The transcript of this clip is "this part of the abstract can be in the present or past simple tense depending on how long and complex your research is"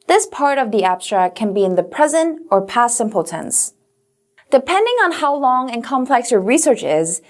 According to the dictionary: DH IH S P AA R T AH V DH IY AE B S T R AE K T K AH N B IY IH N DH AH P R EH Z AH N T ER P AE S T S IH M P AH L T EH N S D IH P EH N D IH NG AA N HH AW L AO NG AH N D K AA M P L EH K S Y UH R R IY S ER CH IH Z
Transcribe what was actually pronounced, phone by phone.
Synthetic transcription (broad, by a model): DH IH S P AA R T AH V DH IY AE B S T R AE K K AH N B IY IH N DH AH P R EH Z AH N T ER P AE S S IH M P L T EH N S D IH P EH N D IH NG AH N HH AW L AO NG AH N K AA M P L EH K S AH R R IY S ER CH IH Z